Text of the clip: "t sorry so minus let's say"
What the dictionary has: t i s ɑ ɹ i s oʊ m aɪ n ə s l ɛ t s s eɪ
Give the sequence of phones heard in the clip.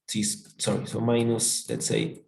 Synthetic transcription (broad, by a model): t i s ɑ ɹ i s oʊ m aɪ n ə s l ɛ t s s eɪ